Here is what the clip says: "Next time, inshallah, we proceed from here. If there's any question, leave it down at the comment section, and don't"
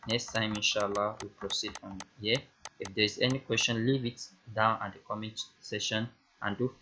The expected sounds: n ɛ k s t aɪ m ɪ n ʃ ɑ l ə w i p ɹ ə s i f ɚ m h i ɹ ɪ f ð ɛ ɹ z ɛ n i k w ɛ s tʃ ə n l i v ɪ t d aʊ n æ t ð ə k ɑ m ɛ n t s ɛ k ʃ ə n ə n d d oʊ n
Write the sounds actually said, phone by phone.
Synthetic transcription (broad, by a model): n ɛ k s t aɪ m ɪ n ʃ ɑ l ə w i p ɹ ə s i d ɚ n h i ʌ ɪ f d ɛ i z ɛ n i k w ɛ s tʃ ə n l i v ɪ t d aʊ n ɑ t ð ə k ɑ m ɛ n t s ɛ ʃ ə n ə n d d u